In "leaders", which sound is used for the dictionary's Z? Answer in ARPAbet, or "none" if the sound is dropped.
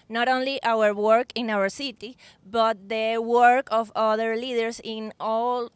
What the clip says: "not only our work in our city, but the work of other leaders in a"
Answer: S